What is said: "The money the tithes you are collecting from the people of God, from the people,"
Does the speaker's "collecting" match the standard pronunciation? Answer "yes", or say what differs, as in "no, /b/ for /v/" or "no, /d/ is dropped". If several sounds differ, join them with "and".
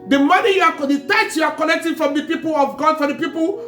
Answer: no, /n/ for /l/